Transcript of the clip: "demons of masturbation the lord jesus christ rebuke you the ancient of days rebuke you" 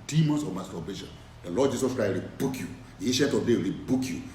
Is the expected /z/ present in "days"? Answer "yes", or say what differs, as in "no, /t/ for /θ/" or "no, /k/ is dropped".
no, /z/ is dropped